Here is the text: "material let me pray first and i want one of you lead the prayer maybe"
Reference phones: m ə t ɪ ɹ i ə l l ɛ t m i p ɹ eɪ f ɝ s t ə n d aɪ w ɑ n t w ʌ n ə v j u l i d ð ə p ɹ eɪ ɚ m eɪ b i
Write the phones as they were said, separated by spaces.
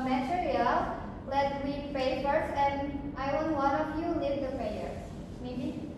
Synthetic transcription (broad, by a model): m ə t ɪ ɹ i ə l l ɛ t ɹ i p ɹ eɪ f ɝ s ə n d aɪ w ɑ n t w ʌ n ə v j u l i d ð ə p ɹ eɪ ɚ m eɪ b i